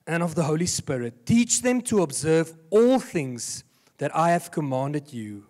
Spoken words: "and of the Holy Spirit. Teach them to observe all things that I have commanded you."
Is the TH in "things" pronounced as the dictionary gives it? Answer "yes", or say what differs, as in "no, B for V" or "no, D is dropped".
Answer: yes